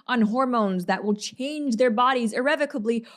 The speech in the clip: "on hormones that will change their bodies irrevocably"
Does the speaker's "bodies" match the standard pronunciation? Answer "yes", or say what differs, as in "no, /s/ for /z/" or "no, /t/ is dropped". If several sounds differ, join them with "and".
yes